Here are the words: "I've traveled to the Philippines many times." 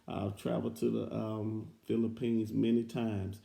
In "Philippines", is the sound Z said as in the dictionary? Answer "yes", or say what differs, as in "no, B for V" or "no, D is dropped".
yes